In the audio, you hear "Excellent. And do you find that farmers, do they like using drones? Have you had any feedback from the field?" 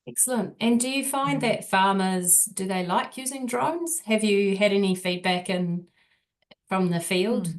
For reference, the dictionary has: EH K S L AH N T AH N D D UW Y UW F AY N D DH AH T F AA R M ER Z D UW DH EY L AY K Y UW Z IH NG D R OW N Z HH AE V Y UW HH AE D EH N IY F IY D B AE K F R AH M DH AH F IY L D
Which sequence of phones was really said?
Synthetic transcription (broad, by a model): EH K S L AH N T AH N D D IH Y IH F AY N DH AH T F AA R M ER Z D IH DH EY L AY K Y UW Z IH NG D R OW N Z HH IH V Y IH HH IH D EH N IY F IY D B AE K F R AH M DH AH F IY L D